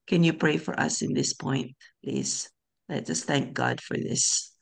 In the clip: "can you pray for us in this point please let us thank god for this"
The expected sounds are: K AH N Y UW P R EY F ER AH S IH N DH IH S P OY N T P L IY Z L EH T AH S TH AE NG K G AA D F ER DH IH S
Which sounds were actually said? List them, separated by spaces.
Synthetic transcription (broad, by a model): K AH N Y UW P R EY F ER AH S IH N DH IH S P OY N T P L IY Z L EH T AH S TH AE NG K G AA D F ER DH IH S